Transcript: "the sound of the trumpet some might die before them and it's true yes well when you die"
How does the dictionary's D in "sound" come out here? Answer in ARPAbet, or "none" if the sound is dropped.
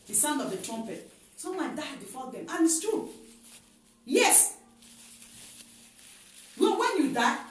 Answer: D